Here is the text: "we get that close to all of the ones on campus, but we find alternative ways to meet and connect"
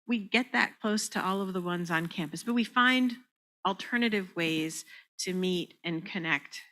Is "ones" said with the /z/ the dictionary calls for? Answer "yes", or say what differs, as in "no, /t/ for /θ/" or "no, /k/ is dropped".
yes